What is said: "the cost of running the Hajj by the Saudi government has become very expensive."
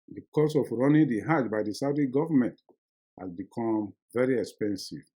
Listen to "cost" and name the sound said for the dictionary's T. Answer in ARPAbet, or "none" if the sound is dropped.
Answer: none